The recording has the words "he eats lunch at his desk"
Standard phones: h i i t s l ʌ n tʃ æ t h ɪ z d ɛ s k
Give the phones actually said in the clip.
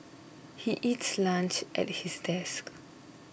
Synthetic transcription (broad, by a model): h i i t s l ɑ n tʃ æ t h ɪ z d ɛ s k